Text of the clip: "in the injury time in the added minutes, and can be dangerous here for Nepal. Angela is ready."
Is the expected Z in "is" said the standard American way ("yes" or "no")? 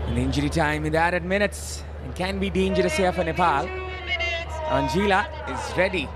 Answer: yes